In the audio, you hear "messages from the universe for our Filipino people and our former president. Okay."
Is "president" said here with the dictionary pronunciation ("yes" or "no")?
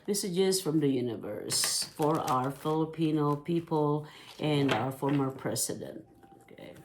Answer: no